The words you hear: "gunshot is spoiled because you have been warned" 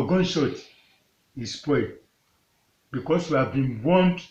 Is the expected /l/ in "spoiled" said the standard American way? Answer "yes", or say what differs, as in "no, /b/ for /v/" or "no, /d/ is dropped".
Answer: no, /l/ is dropped